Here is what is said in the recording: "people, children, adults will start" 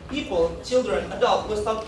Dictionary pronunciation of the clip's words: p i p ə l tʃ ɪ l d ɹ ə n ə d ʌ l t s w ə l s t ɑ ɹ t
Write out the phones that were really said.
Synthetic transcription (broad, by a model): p i p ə l tʃ ɪ l d ɹ ə n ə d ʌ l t w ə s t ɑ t